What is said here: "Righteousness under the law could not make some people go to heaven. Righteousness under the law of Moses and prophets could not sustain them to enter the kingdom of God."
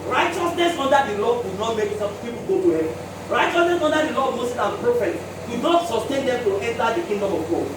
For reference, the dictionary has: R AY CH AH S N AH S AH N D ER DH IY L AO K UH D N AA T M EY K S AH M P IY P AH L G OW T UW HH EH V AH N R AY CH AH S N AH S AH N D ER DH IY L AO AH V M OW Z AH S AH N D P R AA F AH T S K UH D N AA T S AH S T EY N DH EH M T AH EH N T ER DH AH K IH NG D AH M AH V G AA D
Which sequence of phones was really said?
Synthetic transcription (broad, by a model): R AY CH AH S N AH S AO N D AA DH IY L AO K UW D N AA T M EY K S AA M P IY P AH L G OW T UW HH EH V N R AY CH AH S N AH S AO N D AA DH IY L AO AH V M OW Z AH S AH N P R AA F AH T K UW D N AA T S AH S T EY N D EH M T AH EH N T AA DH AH K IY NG D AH M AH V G AA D